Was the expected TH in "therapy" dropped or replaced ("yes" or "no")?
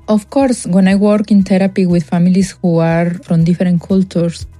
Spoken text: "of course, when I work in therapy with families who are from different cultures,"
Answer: yes